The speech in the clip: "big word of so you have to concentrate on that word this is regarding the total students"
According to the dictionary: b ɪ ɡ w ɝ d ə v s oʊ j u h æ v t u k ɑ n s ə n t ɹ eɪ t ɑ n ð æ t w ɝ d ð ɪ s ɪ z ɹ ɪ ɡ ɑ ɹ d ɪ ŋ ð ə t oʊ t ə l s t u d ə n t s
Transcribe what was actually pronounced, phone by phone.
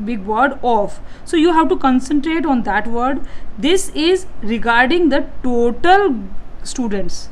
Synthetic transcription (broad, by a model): b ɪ ɡ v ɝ d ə f s oʊ j u h æ v t u k ɑ n s ə n t ɹ eɪ t ɑ n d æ t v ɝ d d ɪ s ɪ z ɹ ɪ ɡ ɑ ɹ d ɪ ŋ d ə t oʊ t ə l s t u d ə n t s